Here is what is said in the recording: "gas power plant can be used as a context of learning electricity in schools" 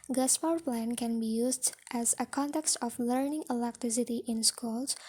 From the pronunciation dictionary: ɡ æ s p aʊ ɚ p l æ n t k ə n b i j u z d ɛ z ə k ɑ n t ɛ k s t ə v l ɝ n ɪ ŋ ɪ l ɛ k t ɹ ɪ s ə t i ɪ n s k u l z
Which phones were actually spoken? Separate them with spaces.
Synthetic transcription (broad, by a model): ɡ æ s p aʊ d p l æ n k ə n b i j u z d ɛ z ə k ɑ n t ɛ k s t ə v l ɝ n ɪ ŋ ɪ l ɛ k t ɹ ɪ s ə t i ɪ n s k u l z